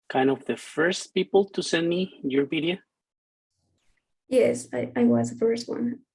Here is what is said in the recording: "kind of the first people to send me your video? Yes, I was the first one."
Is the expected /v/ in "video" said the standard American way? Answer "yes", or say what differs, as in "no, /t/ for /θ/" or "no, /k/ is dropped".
no, /p/ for /v/